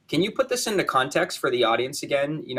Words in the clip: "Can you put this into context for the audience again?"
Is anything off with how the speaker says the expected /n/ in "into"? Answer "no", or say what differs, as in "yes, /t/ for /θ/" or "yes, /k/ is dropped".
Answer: no